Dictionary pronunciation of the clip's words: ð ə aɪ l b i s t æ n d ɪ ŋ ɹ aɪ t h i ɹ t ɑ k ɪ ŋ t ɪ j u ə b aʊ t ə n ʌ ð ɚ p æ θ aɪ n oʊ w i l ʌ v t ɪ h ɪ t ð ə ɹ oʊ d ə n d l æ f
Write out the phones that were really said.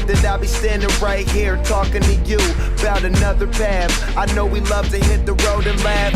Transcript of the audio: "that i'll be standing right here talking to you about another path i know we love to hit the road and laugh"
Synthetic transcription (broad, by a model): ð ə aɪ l b i s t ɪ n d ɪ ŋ ɹ aɪ t h i ɹ t ɑ k ɪ ŋ t ɪ j u ə b aʊ t ə n ʌ ð ɚ p æ θ aɪ n oʊ w i l ʌ v t ɪ h ɪ t ð ə ɹ oʊ d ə n l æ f